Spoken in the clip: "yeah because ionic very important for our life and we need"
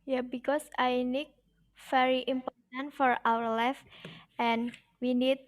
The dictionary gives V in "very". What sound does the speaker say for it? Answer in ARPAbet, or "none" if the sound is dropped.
F